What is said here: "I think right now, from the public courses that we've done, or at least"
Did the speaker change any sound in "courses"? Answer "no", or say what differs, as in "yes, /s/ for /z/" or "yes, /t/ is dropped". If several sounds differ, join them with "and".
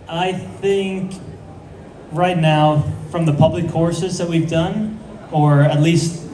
no